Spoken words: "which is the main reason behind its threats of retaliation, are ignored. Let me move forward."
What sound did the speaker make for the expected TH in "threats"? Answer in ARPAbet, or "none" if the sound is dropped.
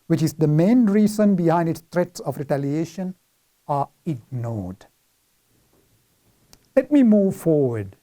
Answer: T